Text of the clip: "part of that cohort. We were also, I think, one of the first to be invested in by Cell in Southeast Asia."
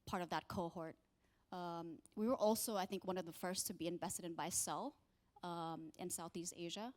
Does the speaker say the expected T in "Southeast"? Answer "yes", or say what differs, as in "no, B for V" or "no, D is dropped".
yes